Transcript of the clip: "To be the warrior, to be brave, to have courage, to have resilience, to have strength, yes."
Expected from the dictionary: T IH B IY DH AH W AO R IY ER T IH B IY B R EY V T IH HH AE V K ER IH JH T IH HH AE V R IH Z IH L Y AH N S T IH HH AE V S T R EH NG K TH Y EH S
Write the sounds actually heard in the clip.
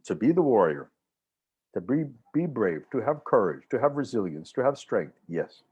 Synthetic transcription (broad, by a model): T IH B IY DH AH W AO R IY ER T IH B IY B R EY V T IH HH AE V K ER IH JH T IH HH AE V R IH Z IH L Y AH N S T IH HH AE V S T R EH NG K TH Y EH S